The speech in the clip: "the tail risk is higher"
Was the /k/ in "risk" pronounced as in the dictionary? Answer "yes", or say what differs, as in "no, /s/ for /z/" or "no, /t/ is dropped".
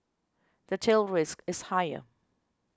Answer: yes